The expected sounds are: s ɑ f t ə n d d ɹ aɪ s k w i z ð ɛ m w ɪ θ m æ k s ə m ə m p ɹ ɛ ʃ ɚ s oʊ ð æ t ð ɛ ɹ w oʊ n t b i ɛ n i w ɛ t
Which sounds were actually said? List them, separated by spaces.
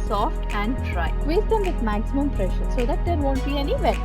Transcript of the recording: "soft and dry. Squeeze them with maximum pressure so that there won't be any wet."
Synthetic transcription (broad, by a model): s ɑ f t ə n d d ɹ aɪ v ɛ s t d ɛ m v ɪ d m æ k s ə m ə m p ɹ ɛ ʃ ɚ s oʊ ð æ t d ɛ ɹ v oʊ n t b i ɛ n i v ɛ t